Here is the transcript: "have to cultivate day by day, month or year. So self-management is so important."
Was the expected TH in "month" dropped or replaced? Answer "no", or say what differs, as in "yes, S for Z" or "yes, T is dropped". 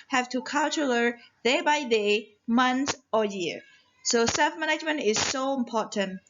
yes, S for TH